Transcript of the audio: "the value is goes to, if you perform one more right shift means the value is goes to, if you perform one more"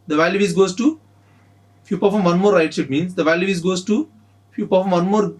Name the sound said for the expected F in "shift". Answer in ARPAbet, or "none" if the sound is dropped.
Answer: none